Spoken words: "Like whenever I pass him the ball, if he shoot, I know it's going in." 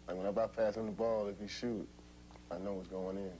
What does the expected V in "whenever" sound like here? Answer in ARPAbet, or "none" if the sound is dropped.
B